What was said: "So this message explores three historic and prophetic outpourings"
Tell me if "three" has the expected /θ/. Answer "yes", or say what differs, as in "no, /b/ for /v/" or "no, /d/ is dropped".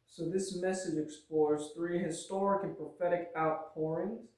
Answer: yes